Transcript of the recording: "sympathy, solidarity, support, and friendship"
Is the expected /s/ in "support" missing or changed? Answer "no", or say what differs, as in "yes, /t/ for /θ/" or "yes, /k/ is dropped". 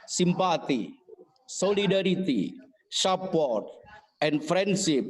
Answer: yes, /ʃ/ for /s/